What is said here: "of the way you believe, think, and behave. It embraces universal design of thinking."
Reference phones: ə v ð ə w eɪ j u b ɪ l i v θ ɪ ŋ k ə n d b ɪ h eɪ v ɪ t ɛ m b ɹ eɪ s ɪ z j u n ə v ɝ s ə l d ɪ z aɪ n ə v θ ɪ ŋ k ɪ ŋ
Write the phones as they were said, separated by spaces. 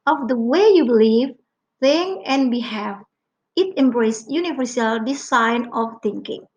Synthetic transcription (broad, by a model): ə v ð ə w eɪ j u b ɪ l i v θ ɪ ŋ ə n b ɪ h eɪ f ɪ t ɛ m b ɹ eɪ s j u n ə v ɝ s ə l d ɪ s aɪ n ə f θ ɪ ŋ k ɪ ŋ